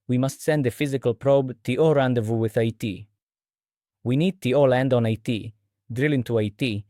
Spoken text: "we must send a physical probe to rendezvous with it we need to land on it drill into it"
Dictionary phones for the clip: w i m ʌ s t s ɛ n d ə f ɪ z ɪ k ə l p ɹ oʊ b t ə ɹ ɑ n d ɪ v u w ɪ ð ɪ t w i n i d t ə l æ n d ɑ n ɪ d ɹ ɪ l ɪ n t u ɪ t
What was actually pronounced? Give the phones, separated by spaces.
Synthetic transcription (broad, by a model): w i m ʌ s t s ɛ n d ə f ɪ z ɪ k ə l p ɹ oʊ b t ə ɹ ɑ n d ɪ v u w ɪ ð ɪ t w i n i d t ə l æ n d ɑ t ɪ d ɹ ɪ l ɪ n t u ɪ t